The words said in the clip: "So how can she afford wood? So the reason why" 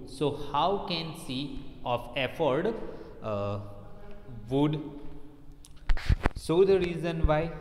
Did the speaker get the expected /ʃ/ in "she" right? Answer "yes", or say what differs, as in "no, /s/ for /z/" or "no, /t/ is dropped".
no, /s/ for /ʃ/